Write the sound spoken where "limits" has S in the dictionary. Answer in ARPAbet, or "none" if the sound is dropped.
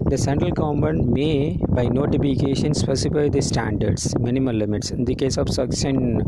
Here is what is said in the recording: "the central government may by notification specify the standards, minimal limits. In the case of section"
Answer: S